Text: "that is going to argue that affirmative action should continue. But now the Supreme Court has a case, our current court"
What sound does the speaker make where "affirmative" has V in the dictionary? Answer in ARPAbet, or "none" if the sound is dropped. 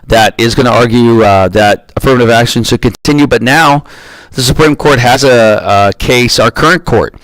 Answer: V